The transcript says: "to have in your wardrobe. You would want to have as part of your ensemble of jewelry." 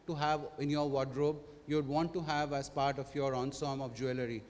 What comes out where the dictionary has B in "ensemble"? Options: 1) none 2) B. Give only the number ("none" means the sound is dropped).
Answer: 1